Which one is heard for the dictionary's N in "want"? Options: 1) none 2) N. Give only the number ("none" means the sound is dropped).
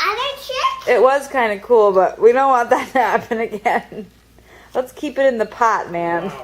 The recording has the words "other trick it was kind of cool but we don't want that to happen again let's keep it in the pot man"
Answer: 1